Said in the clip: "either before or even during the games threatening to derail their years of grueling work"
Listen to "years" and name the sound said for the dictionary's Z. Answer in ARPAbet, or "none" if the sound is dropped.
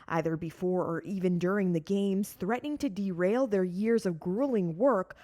Z